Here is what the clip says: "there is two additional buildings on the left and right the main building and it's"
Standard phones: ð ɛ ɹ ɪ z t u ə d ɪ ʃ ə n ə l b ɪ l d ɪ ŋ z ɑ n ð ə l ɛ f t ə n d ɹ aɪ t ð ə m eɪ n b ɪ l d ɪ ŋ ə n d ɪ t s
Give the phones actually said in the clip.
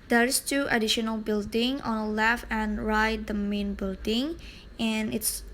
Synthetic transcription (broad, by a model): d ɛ ɹ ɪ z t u ə d ɪ ʃ ə n ə l b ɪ l d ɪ ŋ ɑ n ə l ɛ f ə n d ɹ aɪ t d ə m eɪ n b ɪ l d ɪ ŋ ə n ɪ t s